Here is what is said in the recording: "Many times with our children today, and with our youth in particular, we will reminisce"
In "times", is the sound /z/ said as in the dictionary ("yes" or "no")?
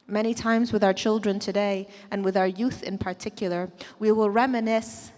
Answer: yes